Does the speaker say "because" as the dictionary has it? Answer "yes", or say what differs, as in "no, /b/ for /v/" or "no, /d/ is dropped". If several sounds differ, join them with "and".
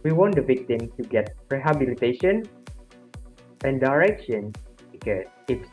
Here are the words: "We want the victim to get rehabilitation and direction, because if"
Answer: no, /z/ is dropped